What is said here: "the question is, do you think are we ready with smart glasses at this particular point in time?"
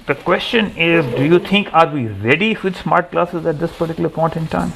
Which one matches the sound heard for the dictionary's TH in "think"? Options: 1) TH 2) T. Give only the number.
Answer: 2